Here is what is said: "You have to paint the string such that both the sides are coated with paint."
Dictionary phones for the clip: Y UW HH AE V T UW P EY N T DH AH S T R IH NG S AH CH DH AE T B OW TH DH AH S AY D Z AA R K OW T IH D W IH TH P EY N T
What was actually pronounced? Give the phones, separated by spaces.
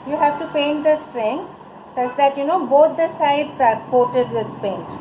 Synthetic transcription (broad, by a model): Y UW HH AE V T UW P EY N T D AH S T R IH NG S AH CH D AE T B OW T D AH S AY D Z AA R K OW T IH D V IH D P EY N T